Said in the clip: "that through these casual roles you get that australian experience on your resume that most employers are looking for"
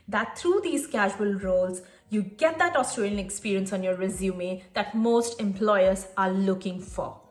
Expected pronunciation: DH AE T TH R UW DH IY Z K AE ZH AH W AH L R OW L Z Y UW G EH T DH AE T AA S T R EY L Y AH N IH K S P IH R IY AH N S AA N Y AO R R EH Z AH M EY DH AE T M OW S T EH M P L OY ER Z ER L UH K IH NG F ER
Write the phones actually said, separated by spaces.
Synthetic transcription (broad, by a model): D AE T T R UW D IY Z K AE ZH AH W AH L R OW L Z Y UW G EH T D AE T AA S T R EY L Y AH N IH K S P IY R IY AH N S AA N Y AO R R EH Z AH M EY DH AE T M OW S T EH M P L OY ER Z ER L UH K IH NG F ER